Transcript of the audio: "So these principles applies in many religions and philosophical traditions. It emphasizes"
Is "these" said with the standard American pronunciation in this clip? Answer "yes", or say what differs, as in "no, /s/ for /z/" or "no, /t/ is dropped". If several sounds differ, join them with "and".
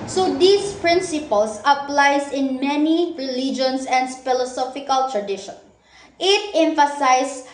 no, /s/ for /z/